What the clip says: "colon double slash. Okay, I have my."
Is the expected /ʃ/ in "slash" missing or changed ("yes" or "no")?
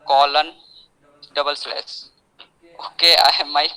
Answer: yes